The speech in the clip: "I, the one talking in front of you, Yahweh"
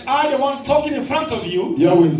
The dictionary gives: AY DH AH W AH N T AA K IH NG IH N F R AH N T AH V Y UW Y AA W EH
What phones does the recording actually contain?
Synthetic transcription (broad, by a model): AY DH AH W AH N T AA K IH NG IH N F R AH N T AH V Y UW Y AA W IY